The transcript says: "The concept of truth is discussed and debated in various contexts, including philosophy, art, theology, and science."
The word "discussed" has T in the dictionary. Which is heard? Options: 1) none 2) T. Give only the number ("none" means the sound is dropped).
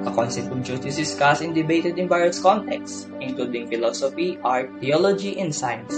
1